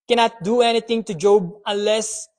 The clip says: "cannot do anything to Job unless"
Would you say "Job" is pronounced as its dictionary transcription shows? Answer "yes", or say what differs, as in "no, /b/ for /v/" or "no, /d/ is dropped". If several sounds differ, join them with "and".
yes